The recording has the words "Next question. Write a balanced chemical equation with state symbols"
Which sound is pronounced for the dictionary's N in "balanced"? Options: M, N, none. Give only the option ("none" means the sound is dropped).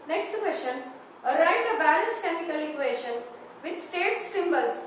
none